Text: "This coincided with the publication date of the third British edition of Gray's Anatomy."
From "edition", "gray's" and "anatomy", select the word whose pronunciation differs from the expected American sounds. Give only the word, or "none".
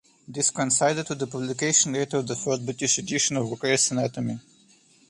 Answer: gray's